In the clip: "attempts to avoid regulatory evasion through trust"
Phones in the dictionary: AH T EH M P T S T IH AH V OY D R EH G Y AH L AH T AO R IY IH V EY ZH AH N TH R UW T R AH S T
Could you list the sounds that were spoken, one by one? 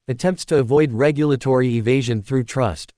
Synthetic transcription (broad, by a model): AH T EH M P T S T IH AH V OY D R EH G Y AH L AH T AO R IY IH V EY ZH AH N TH R UW T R AH S T